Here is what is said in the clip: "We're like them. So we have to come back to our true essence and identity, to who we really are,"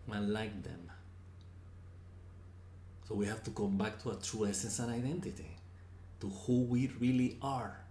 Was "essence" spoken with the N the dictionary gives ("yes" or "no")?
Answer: yes